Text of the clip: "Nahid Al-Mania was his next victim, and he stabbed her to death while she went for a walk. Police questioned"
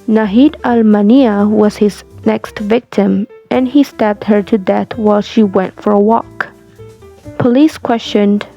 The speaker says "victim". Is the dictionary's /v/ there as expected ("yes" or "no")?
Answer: yes